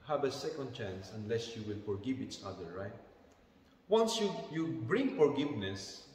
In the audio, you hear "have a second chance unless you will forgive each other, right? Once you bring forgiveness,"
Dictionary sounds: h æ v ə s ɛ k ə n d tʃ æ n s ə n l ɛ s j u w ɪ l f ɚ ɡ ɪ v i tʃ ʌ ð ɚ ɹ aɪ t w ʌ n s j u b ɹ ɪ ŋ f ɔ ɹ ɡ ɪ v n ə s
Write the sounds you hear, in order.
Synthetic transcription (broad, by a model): h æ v ə s ɛ k ə n d tʃ æ n s ə n l ɛ s j u w ɪ l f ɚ ɡ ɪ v i tʃ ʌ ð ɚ ɹ aɪ t w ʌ n s j u b ɹ ɪ ŋ f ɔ ɹ ɡ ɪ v n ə s